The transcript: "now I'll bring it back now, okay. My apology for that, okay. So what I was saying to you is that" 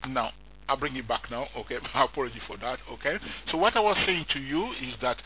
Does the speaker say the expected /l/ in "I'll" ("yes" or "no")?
yes